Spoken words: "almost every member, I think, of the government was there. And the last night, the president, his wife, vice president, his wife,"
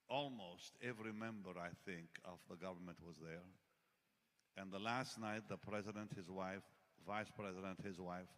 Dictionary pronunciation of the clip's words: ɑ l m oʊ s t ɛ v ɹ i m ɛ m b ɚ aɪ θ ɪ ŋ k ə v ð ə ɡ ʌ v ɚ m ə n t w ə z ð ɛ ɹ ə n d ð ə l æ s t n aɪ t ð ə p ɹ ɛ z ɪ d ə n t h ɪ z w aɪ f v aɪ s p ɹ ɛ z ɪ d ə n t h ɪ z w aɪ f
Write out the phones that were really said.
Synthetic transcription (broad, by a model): ɑ l m oʊ s t ɛ v ɹ i m ɛ m b ɚ aɪ θ ɪ ŋ k ə v ð ə ɡ ʌ v ɚ m ə n t w ə z ð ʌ ɹ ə n ð ə l æ s t n aɪ t ð ə p ɹ ɛ z ɪ d ə n t h ɪ z w aɪ f v aɪ s p ɹ ɛ z ɪ d ə n t h ɪ z w aɪ f